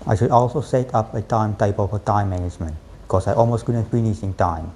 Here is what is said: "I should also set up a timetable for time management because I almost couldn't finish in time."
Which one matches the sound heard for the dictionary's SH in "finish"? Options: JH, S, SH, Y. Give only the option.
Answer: S